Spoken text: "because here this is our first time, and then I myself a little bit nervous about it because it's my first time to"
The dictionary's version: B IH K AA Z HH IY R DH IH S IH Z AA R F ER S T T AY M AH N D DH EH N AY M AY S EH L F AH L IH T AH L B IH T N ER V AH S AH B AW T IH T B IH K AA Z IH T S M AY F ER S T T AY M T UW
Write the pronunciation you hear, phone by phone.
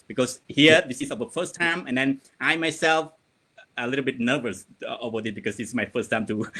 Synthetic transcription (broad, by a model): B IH K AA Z HH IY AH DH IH S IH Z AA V F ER S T T AY M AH N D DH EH N AY M AY S EH L F AH L IH T AH L B IH T N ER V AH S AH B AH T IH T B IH K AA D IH S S M AY F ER S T T AY M T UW